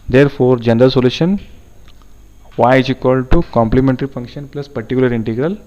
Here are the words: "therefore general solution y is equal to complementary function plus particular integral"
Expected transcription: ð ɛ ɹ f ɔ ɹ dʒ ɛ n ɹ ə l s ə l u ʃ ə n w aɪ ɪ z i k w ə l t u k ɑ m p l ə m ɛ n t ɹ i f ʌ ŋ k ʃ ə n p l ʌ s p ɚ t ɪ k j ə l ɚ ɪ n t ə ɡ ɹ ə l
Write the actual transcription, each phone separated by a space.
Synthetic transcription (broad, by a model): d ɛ ɹ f ɔ ɹ dʒ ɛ n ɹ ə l s ə l u ʃ ə n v aɪ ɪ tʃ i k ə l t u k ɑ m p l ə m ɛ n t ɹ i f ʌ ŋ k ʃ ə n p l ʌ s p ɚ t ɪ k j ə l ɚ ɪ n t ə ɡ ɹ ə l